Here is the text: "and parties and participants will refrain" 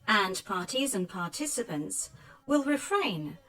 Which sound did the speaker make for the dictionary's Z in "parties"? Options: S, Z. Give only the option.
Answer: Z